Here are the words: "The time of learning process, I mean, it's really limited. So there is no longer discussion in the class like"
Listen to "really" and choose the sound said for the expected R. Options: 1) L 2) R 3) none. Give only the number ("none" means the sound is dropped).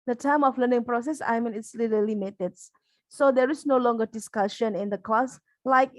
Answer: 1